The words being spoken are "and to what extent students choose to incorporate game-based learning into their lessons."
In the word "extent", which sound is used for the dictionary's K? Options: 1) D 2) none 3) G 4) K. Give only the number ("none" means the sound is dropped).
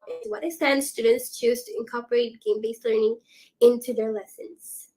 2